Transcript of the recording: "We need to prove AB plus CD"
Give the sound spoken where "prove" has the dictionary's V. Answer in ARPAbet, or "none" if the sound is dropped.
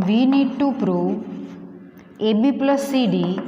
none